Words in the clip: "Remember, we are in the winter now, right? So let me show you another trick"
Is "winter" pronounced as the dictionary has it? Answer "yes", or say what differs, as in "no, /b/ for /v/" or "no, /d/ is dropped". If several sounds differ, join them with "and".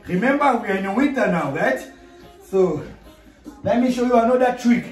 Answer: no, /n/ is dropped